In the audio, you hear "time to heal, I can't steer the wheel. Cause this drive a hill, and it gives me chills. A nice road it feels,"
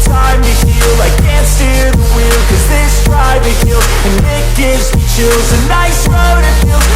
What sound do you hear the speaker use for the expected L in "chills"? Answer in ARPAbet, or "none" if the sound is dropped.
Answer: none